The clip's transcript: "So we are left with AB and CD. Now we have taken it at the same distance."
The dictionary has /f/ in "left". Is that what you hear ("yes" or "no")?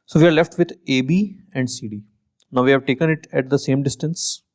yes